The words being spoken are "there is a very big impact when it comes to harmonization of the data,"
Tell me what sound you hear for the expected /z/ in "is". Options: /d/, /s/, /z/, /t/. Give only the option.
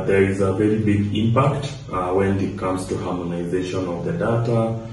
/z/